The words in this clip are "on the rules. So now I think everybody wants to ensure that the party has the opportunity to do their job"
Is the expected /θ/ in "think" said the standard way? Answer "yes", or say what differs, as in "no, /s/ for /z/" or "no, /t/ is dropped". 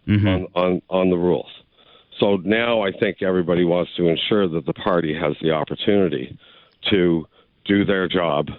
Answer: yes